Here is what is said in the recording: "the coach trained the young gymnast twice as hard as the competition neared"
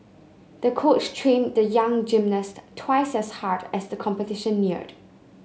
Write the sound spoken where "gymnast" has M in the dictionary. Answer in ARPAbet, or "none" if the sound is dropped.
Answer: M